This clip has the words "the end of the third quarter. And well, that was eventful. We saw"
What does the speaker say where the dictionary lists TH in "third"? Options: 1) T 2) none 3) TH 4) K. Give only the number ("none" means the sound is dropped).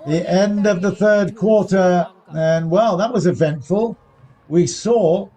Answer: 3